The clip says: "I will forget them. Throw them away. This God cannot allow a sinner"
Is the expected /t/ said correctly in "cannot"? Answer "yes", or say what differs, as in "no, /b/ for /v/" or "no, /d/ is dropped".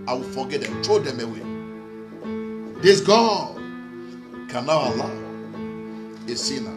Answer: no, /t/ is dropped